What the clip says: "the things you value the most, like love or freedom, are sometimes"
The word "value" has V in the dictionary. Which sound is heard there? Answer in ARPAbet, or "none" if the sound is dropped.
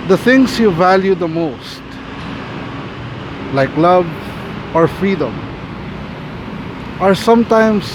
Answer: V